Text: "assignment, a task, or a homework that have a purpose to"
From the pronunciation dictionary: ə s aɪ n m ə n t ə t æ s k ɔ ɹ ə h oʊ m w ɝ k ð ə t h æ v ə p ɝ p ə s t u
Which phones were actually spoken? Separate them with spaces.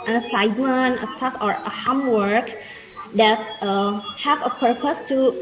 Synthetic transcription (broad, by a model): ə s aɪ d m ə n ə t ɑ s ɔ ɹ ə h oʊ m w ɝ k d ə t h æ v ə p ɝ p ə s t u